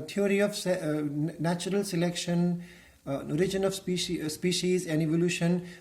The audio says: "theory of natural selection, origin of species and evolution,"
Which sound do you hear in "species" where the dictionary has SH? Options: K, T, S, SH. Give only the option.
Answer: SH